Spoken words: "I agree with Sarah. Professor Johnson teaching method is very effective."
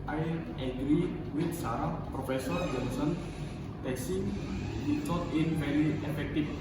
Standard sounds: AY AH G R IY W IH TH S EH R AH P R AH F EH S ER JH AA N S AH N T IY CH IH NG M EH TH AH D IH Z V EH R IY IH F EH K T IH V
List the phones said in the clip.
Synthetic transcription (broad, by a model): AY AH G R IY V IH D S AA R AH P R AH F EH S ER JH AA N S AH N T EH S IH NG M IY S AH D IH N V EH R IY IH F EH K T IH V